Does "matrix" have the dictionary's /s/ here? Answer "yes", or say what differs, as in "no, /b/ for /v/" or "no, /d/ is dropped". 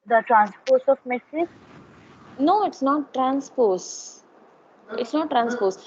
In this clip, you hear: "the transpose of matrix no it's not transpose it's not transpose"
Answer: no, /s/ is dropped